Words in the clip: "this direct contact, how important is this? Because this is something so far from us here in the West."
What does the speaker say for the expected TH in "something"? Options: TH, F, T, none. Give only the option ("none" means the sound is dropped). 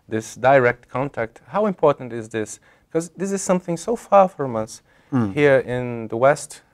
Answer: TH